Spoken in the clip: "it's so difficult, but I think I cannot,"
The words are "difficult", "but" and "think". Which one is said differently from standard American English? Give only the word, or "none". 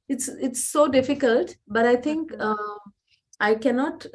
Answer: think